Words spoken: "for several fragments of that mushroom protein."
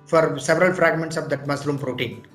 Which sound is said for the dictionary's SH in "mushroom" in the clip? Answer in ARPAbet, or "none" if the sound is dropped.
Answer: S